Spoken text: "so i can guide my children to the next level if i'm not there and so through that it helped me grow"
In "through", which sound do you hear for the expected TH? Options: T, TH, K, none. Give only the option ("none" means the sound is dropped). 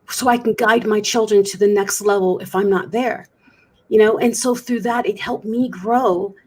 TH